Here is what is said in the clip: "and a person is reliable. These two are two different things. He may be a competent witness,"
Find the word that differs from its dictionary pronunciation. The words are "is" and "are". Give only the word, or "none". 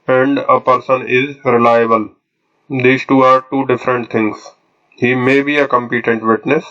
none